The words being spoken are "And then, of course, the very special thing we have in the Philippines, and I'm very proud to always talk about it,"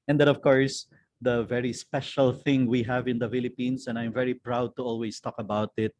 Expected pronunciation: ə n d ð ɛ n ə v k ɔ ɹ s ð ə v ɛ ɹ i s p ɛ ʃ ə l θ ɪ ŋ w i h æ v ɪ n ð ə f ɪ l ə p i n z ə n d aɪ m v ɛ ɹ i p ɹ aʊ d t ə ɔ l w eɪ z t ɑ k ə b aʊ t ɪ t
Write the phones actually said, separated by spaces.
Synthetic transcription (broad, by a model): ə n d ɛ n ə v k ɔ ɹ s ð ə v ɛ ɹ i s p ɛ ʃ ə l θ ɪ ŋ w i h æ v ɪ n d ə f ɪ l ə p i n s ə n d aɪ m v ɛ ɹ i p ɹ aʊ d t ə ɔ l w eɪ s t ɑ k ə b aʊ t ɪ t